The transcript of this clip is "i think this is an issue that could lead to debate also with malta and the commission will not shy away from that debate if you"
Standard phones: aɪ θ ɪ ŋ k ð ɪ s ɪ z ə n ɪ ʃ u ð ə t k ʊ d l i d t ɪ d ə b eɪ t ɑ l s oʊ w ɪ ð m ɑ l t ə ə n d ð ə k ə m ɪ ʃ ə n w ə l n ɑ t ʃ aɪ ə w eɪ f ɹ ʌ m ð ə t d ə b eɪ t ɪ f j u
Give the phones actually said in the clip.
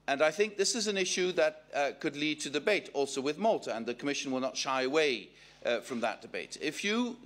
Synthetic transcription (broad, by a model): aɪ θ ɪ ŋ k ð ɪ s ɪ z ə n ɪ ʃ u ð ə t k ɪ d l i d t ɪ d ə b eɪ t ɑ l s oʊ w ɪ ð m ɑ l t ə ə n ð ə k ə m ɪ ʃ ə n w ə l n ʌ t ʃ aɪ ə w eɪ f ɹ ʌ m ð ə t d ə b eɪ t ɪ f j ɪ